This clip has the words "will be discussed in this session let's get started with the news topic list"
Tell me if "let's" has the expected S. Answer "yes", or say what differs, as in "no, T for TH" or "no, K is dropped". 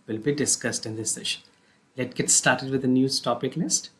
no, S is dropped